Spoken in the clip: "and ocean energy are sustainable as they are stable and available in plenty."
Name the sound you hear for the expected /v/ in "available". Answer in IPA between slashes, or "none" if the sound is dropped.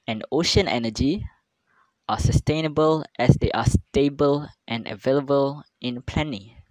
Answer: /v/